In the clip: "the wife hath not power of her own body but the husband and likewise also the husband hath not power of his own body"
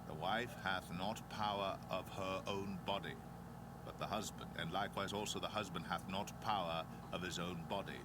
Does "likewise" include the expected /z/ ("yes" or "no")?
yes